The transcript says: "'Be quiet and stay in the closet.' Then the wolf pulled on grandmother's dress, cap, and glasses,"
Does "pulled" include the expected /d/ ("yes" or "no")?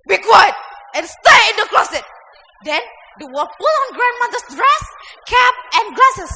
no